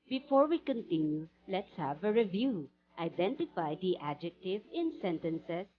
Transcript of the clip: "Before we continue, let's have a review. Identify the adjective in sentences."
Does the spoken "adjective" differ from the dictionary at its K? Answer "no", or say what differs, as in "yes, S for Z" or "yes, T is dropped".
no